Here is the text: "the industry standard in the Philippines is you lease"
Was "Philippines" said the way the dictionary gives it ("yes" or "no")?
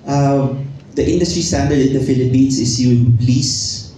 no